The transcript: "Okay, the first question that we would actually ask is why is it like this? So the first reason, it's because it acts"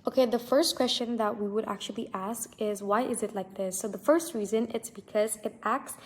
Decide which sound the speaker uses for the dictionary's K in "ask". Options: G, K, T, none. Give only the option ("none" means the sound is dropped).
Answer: K